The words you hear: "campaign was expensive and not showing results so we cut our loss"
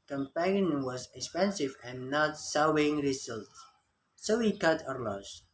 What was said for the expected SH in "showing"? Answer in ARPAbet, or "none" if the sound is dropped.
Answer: S